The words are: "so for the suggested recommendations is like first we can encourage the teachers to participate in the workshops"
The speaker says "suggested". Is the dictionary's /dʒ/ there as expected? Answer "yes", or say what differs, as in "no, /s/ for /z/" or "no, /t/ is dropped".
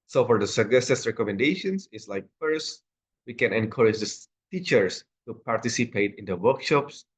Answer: no, /dʒ/ is dropped